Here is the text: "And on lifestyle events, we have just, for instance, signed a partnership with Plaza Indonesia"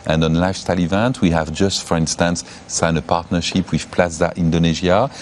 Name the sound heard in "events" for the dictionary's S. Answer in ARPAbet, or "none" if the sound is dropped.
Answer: none